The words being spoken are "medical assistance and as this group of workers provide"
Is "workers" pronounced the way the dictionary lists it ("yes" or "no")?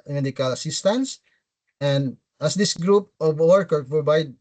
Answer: no